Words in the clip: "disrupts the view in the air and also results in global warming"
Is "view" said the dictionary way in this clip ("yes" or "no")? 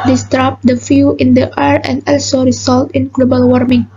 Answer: no